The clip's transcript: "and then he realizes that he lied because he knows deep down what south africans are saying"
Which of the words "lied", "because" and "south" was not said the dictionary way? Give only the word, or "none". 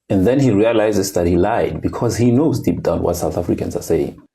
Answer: none